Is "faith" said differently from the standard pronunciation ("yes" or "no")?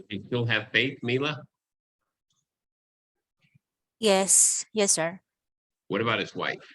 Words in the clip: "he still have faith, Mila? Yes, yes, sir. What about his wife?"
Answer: no